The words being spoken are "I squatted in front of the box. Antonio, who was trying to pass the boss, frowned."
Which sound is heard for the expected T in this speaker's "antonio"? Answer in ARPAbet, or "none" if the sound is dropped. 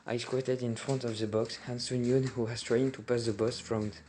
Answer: S